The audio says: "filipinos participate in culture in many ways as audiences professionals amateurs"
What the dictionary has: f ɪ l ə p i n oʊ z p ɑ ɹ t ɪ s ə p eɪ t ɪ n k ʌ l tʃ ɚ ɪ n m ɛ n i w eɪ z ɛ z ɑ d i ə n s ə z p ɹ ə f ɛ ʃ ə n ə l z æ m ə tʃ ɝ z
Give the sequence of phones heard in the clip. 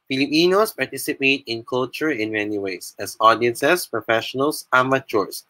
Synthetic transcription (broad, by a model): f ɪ l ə p i n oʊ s p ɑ ɹ t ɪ s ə p eɪ t ɪ n k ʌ l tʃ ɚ ɪ n m ɛ n i w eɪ s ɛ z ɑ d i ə n s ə s p ɹ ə f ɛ ʃ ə n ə l s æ m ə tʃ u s